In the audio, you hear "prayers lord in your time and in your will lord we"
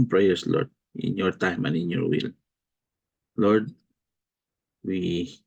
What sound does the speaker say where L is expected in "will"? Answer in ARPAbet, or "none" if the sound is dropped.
L